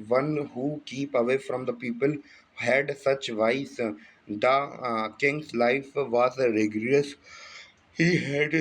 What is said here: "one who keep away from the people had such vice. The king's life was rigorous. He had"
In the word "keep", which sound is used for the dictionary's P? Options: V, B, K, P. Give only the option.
P